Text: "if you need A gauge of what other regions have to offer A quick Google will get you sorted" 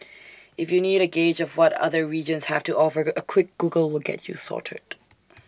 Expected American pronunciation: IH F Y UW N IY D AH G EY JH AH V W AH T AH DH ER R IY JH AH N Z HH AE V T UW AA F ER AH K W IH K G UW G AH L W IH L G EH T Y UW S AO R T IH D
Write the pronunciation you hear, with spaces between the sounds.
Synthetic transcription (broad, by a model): IH F Y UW N IY D AH G EY JH AH V W AH T AH DH ER R IY JH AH N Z HH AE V T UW AA F ER AH K W IH K G UW G AH L W IH L G EH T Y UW S AO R T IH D